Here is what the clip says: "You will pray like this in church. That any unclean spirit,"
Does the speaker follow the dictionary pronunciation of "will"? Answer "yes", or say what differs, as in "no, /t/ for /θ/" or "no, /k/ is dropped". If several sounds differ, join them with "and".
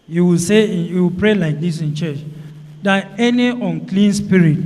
no, /w/ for /l/